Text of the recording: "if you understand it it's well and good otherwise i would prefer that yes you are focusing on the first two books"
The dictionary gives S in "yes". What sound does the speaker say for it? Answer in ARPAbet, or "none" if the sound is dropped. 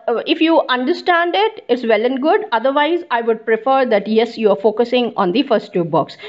S